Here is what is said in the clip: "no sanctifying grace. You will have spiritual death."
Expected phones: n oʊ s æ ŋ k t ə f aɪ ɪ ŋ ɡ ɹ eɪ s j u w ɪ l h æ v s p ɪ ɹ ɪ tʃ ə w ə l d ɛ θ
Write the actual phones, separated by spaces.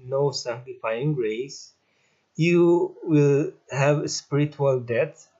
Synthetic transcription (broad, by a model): n oʊ s æ ŋ k t ə f aɪ ɪ ŋ ɡ ɹ eɪ s j u w ɪ l h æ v s p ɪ ɹ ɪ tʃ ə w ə l d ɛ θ